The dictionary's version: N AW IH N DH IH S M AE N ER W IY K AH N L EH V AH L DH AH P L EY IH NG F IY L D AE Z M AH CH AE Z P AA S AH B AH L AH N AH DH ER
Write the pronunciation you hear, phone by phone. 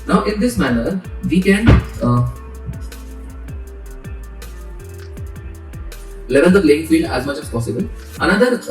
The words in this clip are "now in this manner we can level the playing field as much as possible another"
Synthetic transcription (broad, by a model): N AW IH N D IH S M AE N ER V IY K AH N L EH V AH L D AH P L EY IH NG F IY L D AE Z M AH CH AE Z P AA S AH B AH L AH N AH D ER